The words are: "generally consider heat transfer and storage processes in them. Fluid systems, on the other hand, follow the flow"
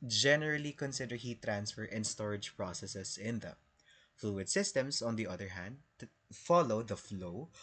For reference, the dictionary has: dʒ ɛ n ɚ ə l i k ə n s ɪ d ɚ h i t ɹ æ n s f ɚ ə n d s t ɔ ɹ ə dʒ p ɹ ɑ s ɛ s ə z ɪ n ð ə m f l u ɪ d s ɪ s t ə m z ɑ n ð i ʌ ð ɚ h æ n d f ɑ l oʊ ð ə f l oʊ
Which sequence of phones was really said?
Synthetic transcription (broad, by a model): dʒ ɛ n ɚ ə l i k ə n s ɪ d ɚ h i t ɹ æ n s f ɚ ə n s t ɔ ɹ ə dʒ p ɹ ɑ s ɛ s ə s ɪ n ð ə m f l u ɪ d s ɪ s t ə m s ɑ n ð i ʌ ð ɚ h æ n d f ɑ l oʊ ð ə f l oʊ